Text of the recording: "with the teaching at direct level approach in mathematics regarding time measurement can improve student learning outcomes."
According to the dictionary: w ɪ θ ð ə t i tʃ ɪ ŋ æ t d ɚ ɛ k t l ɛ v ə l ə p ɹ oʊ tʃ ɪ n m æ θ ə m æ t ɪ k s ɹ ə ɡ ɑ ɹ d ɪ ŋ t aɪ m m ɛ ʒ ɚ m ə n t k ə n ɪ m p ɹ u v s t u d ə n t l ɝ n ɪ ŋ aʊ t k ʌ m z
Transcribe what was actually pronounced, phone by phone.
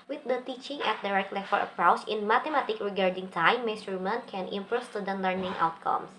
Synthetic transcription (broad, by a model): w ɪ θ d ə t i tʃ ɪ ŋ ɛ t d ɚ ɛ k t l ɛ f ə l ə p ɹ oʊ tʃ ɪ n m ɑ t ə m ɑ t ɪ k ɹ ə ɡ ɑ ɹ d ɪ ŋ t aɪ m m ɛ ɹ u m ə n k ə n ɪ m p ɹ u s t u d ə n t l ɝ n ɪ ŋ aʊ t k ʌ m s